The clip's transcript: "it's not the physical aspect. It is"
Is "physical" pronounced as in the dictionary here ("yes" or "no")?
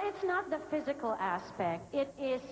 yes